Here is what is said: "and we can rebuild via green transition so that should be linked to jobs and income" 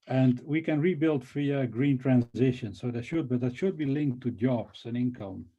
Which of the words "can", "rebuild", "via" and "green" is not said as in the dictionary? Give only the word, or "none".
via